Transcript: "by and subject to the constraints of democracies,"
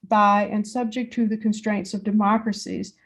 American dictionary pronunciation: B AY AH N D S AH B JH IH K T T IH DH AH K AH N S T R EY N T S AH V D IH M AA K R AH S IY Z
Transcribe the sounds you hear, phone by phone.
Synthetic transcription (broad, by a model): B AY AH N S AH B JH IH K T T IH DH AH K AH N S T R EY N T S AH V D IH M AA K R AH S IY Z